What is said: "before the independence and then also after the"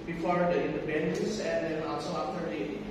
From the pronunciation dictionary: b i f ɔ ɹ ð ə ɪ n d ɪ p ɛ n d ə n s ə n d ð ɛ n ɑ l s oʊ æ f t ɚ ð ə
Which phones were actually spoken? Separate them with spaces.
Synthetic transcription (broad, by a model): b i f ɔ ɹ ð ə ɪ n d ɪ b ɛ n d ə s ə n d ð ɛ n ɑ l s oʊ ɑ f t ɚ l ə